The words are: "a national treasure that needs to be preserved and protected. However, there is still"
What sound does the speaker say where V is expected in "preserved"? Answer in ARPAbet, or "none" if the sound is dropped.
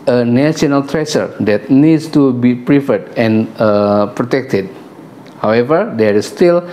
none